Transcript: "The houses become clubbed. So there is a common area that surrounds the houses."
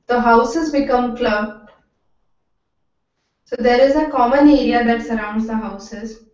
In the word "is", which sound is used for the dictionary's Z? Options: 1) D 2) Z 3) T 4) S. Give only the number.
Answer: 2